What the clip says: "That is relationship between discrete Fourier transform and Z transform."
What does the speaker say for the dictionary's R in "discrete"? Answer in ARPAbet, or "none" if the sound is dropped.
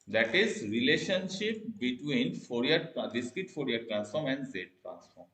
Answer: none